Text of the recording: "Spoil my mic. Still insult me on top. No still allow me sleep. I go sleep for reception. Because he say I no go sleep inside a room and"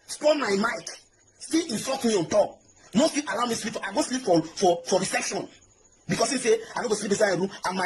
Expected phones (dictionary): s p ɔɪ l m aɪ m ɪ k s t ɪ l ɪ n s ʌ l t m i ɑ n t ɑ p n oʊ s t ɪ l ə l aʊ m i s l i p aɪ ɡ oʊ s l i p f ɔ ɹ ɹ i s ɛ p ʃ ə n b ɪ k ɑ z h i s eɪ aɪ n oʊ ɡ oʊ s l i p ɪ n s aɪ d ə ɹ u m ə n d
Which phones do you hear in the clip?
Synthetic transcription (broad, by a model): s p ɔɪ m aɪ m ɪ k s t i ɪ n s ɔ t m i ɑ n t ɑ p n oʊ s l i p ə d aʊ m i s l i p aɪ ɡ oʊ s l i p f ɔ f ɹ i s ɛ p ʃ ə n b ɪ k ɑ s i s eɪ aɪ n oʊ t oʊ s l i p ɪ s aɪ ə ɹ u m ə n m